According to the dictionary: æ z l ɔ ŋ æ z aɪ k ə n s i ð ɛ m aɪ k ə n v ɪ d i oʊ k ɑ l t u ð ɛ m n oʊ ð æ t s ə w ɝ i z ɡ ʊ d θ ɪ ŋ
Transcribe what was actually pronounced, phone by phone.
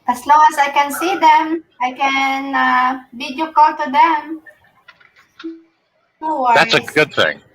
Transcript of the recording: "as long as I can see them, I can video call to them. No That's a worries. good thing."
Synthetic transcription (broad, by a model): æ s l ɔ ŋ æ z aɪ k ə n s i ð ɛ m aɪ k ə n b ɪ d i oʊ k ɑ l t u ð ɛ m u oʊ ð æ t s ə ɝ ɡ ʊ d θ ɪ ŋ